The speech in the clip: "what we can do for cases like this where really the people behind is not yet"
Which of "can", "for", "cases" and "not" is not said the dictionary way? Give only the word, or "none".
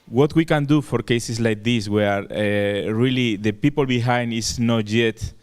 cases